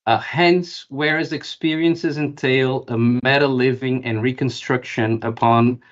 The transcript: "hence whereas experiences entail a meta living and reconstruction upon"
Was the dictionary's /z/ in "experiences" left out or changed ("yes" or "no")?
no